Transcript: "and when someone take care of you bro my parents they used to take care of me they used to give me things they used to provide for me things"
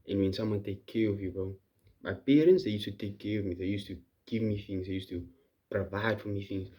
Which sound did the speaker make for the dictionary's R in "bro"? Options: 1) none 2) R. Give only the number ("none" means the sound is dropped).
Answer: 1